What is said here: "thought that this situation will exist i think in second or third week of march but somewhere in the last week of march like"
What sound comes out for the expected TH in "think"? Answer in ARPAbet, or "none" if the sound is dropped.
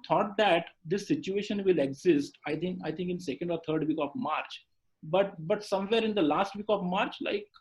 T